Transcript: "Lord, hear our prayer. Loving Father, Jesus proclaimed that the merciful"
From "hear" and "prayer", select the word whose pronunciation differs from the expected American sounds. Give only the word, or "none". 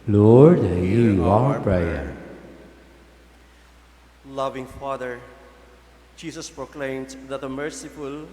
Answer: hear